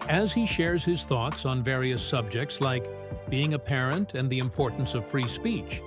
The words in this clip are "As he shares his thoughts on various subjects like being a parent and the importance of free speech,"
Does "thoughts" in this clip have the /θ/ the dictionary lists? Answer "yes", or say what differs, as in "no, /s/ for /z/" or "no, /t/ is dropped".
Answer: yes